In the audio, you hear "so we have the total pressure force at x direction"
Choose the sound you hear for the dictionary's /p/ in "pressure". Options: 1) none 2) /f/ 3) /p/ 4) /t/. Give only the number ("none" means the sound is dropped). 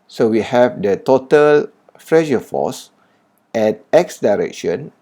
2